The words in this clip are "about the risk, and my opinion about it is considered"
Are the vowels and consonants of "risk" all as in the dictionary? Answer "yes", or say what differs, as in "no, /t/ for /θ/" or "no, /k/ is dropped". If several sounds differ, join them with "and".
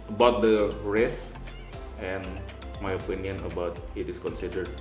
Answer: no, /k/ is dropped